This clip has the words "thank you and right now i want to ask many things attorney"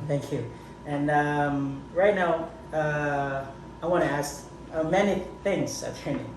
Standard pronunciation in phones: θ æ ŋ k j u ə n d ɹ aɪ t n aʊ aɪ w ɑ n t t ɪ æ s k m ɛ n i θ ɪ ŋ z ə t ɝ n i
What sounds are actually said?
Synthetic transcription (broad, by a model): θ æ ŋ k j u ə n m ɹ aɪ t n aʊ aɪ w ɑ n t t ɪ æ s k m ɛ n i θ ɪ ŋ z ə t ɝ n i